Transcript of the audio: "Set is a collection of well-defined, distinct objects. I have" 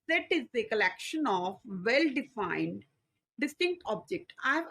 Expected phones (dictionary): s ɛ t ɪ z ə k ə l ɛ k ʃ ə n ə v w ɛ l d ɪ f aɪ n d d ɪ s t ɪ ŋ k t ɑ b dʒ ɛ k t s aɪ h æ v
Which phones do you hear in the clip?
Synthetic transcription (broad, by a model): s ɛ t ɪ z ə k ə l ɛ k ʃ ə n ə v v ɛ l d ɪ f aɪ n d d ɪ s t ɪ ŋ k t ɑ b dʒ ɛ k t aɪ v